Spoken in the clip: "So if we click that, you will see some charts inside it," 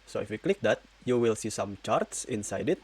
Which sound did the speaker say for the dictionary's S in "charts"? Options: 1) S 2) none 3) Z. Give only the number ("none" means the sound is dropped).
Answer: 1